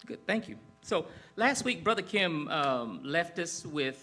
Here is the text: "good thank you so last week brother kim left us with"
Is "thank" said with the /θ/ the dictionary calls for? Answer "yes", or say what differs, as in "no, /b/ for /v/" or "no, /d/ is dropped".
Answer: yes